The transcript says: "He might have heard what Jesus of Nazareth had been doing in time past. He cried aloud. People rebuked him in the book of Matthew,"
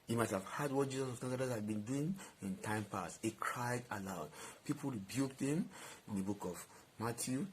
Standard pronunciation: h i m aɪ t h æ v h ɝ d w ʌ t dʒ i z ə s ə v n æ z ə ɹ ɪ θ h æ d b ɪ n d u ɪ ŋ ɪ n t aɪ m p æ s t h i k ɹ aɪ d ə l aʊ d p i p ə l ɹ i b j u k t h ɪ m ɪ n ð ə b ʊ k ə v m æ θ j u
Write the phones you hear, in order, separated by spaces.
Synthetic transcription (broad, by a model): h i m aɪ t h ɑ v h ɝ d w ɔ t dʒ i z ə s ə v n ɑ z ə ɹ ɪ s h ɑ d b ɪ n d u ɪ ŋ ɪ n t aɪ m p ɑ s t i k ɹ aɪ d ə l aʊ d p i p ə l ɹ i b j u k t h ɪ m ɪ n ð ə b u k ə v m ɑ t j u